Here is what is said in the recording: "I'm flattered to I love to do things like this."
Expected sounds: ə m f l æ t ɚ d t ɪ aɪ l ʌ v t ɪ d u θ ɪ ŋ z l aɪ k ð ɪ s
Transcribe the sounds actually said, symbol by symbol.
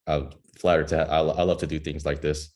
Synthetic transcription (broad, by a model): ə f l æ t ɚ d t ɪ aɪ l ʌ v t ɪ d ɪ θ ɪ ŋ z l aɪ k ð ɪ s